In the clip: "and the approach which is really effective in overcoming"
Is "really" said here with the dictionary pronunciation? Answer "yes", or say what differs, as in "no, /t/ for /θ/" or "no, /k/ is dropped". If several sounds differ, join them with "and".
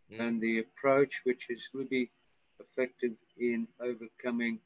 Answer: no, /w/ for /ɹ/